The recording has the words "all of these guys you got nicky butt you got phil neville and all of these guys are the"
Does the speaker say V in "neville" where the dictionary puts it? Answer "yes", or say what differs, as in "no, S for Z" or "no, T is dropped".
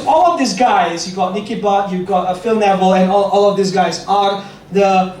yes